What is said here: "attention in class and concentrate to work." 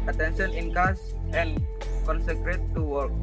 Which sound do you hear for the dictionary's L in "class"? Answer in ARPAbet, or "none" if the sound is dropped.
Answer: none